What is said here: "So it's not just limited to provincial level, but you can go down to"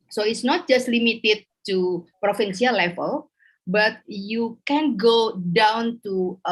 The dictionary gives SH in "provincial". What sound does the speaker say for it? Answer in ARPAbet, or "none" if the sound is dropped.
S